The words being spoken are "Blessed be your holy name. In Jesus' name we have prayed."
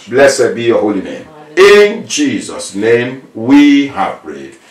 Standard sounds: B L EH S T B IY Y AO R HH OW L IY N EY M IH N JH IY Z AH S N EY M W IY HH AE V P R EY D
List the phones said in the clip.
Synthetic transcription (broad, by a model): B L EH S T B IY Y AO HH OW L IY N EY M IH N JH IY Z AH S N EY M W IY HH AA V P R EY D